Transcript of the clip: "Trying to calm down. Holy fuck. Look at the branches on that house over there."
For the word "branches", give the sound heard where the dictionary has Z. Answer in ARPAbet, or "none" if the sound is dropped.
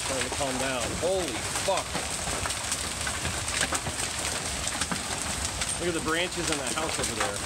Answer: Z